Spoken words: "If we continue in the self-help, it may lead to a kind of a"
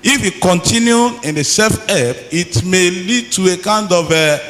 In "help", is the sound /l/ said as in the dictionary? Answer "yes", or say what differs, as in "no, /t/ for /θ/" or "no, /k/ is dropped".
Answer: no, /l/ is dropped